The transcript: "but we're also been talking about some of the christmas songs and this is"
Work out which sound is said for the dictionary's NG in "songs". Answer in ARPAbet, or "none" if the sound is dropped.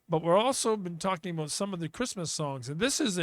NG